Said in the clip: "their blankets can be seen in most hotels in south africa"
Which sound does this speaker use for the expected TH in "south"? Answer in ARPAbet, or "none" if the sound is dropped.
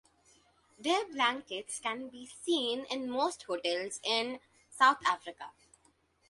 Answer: T